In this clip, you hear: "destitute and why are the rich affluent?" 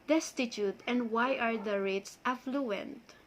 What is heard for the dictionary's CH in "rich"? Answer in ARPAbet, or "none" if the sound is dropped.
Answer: S